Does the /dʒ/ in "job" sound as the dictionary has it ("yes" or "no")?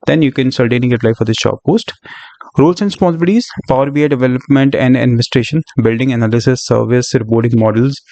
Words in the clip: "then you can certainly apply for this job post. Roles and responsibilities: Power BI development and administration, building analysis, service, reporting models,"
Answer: no